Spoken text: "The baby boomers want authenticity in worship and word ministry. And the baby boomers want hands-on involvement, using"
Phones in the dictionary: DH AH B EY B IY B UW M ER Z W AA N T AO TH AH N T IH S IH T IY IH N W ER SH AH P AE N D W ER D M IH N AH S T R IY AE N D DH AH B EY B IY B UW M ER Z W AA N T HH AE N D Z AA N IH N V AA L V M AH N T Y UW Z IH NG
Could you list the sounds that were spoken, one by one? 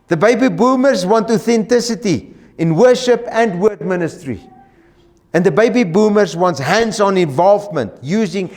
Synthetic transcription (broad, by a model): DH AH B EY B IY B UW M ER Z W AA N T AO TH AH N T IH S IH T IY IH N W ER SH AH P AE N D W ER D M IH N AH S T R IY AE N D DH AH B EY B IY B UW M ER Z W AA N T HH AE N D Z AA N IH N V AA L V M AH N T Y UW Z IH NG